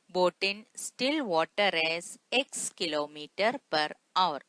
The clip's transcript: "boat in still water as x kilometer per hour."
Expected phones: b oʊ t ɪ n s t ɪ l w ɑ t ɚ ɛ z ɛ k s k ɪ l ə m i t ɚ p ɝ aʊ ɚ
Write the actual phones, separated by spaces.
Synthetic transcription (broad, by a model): b oʊ t ɪ n s t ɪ l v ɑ t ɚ ɛ z ɛ k s k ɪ l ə m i t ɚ p ɝ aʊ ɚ